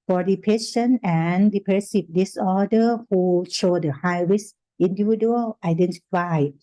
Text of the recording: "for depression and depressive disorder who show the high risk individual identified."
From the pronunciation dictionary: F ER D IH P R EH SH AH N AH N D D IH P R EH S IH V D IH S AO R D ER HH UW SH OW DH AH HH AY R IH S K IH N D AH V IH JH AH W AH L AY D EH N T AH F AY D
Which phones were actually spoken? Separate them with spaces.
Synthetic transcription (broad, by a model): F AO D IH P EH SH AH N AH N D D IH P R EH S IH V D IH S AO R D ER HH UW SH OW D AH HH AY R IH S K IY N D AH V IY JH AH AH L AY D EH N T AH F AY